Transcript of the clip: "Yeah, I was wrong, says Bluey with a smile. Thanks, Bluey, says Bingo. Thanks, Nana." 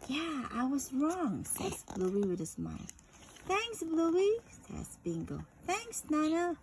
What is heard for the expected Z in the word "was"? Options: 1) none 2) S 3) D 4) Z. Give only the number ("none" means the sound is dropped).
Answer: 4